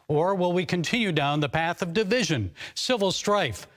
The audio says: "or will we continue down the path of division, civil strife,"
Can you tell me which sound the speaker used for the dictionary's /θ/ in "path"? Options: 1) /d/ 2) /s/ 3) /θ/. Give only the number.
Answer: 3